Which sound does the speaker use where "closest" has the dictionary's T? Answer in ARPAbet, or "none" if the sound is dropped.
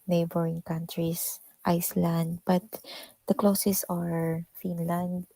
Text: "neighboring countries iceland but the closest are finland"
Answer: none